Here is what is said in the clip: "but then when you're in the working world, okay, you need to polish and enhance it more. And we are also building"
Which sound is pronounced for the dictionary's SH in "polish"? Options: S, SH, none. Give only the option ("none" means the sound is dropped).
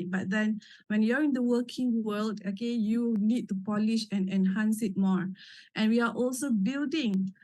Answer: SH